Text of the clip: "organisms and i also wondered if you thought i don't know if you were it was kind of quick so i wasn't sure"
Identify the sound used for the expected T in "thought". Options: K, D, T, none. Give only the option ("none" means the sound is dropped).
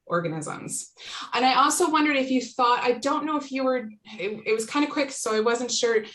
T